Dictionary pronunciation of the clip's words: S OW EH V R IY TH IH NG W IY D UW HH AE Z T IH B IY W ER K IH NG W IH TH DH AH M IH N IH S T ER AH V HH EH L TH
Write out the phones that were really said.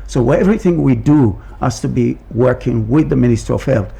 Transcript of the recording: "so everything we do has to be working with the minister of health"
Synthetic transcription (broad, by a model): S OW EH V R IY TH IH NG W IY D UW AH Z T IH B IY W ER K IH NG W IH DH AH M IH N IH S T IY AH V HH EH L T